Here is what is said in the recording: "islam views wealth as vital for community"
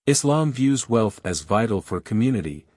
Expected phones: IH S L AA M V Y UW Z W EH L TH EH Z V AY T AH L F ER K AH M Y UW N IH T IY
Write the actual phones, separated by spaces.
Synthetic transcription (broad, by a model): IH S L AA M V Y UW Z W EH L TH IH Z V AY T L F ER K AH M Y UW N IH T IY